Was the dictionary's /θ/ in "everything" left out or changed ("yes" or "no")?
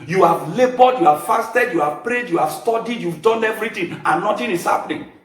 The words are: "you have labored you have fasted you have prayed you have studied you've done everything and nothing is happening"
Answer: yes